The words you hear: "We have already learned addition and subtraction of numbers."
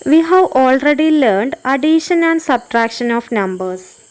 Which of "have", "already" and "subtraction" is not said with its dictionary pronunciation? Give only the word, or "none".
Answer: none